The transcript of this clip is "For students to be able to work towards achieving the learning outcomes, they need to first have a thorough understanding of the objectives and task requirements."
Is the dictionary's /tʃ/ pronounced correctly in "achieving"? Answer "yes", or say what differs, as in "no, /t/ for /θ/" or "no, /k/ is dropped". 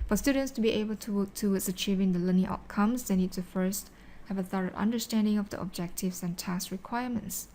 yes